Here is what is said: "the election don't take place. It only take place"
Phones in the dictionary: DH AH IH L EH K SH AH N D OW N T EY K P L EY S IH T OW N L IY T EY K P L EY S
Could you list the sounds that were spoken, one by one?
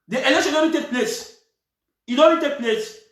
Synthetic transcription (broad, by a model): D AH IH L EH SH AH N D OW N T EY K P L EY S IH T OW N IY T EY K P L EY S